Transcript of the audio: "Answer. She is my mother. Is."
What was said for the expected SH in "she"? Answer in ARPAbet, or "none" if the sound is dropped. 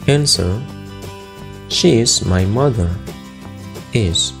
SH